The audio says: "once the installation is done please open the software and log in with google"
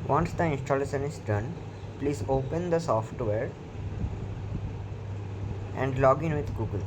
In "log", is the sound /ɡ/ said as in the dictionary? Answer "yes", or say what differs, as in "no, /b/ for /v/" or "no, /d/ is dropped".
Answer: yes